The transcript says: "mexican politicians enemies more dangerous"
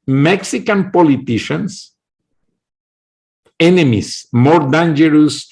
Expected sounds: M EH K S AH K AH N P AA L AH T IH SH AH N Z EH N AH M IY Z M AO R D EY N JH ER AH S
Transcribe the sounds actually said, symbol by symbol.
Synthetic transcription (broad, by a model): M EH K S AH K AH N P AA L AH T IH SH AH N S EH N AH M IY S M AO R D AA N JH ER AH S